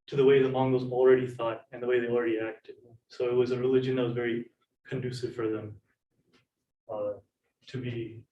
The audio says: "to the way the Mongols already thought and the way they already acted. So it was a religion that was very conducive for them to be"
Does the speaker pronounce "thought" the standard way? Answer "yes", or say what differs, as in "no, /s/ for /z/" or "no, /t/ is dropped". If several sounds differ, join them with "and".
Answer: yes